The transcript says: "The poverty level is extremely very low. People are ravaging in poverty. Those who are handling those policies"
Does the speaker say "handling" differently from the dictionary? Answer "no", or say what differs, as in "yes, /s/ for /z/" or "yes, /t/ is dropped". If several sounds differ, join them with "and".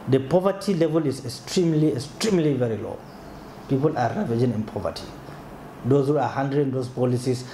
yes, /l/ is dropped